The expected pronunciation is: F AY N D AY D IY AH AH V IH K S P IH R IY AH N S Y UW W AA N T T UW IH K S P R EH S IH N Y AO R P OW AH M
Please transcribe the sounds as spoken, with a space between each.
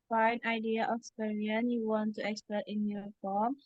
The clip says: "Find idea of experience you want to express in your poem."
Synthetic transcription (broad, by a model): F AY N AY D IY AH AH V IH S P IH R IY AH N Y UW W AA N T T UW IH K S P EH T IH N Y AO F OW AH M